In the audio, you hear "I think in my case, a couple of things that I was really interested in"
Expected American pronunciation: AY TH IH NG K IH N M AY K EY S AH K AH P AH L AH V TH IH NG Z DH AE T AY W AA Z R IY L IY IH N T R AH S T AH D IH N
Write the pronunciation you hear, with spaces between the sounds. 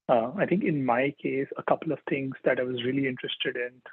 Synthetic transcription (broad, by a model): AY T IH NG K IH N M AY K EY S AH K AH P AH L AH V T IH NG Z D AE T AY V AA Z R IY L IY IH N T R AH S T AH D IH N